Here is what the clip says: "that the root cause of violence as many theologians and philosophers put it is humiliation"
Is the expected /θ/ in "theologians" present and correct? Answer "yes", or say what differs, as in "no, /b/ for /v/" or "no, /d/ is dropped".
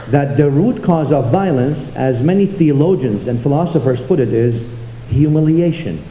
yes